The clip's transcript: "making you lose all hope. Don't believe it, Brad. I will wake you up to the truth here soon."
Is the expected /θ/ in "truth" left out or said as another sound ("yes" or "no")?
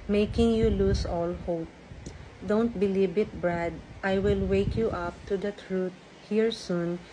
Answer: yes